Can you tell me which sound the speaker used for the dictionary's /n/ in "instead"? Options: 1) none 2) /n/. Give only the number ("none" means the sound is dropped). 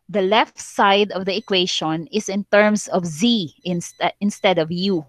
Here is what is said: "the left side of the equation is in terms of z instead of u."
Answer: 2